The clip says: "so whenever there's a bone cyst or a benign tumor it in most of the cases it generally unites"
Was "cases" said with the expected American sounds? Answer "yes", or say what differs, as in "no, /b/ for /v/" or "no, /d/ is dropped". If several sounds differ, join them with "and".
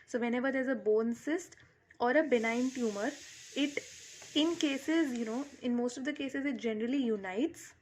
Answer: yes